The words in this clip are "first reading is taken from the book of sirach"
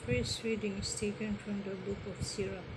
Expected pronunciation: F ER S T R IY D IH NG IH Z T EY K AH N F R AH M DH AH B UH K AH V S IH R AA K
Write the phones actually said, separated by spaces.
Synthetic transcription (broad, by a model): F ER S R IY D IH NG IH S T EY K AH N F R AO M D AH B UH K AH F S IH R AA